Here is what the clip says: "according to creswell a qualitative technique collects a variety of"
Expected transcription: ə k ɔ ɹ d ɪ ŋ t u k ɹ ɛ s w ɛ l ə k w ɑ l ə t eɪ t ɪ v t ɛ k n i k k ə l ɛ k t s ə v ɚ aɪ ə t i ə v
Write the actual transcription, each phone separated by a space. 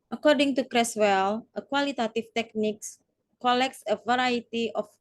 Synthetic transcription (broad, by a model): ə k ɔ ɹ d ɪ ŋ t u k ɹ ɛ s w ɛ l ə k w ɑ l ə t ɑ t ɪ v t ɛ k n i k k ə l ɛ k t s ə v ɚ aɪ ə t i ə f